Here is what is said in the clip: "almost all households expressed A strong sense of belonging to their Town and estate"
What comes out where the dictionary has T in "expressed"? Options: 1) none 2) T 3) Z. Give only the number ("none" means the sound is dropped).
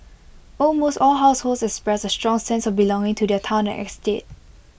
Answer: 1